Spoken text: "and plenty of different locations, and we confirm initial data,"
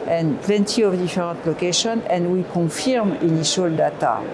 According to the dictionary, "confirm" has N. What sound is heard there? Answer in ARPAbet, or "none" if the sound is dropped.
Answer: none